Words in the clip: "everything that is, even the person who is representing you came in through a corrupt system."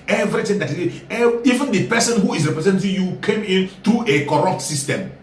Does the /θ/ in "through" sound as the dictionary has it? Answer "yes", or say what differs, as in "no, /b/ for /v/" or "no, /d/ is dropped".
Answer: no, /t/ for /θ/